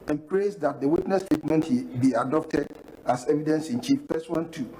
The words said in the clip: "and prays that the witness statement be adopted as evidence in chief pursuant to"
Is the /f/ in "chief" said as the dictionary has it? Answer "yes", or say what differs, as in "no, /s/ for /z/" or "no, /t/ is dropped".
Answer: yes